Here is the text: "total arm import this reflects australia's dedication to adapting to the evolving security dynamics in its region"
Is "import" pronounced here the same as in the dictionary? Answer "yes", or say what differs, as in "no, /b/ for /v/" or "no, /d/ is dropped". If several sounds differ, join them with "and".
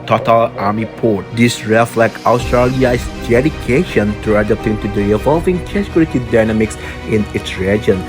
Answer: no, /m/ is dropped